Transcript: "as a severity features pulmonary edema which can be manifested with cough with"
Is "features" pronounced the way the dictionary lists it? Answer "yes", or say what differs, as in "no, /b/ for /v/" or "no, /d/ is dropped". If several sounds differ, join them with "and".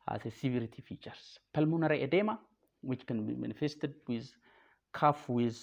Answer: no, /s/ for /z/